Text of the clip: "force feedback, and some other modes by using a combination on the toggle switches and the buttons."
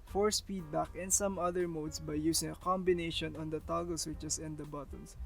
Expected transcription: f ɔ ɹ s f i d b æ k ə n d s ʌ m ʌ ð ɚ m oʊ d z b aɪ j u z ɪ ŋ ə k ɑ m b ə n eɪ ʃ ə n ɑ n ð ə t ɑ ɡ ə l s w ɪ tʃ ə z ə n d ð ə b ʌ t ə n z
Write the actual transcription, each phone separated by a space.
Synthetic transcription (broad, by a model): f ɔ ɹ s p i d b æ k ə n s ʌ m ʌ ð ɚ m oʊ d s b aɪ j u s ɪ ŋ ə k ɑ m b ə n eɪ ʃ ə n ɑ n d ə t ɑ ɡ ə l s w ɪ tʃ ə s ə n d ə b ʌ t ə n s